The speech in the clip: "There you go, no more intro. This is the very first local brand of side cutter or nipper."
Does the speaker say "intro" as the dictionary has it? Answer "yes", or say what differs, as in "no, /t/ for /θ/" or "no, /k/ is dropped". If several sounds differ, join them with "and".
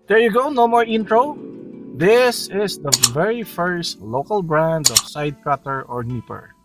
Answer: yes